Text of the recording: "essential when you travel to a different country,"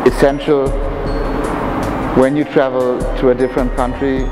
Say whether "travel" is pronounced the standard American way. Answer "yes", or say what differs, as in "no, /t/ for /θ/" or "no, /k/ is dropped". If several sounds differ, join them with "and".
yes